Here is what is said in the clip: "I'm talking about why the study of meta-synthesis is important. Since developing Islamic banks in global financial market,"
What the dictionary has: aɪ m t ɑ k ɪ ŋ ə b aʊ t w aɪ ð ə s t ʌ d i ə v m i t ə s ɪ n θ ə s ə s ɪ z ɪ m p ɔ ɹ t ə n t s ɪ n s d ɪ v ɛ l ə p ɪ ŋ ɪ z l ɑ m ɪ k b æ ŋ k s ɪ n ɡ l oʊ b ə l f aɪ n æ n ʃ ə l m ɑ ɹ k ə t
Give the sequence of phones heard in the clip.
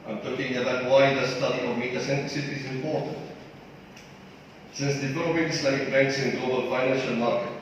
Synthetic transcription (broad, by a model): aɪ m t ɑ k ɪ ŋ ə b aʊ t w aɪ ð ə s t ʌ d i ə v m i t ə s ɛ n t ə s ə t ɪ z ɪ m p ɔ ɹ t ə n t s ɪ n s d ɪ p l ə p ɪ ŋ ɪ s l ɑ ɪ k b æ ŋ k s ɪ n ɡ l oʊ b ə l f aɪ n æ n ʃ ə l m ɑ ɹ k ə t